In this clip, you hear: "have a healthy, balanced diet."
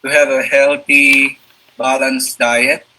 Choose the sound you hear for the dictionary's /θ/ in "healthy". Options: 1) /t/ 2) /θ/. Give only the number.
1